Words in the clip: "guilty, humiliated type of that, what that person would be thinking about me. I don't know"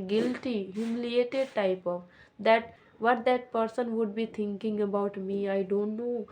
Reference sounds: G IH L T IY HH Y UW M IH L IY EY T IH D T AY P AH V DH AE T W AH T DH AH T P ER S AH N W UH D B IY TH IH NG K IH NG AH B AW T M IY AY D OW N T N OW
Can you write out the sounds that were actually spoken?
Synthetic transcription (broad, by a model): G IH L T IY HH Y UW M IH L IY EY T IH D T AY P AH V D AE T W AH T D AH T P ER S AH N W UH D B IY T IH NG K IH NG AH B AW T M IY AY D OW N T N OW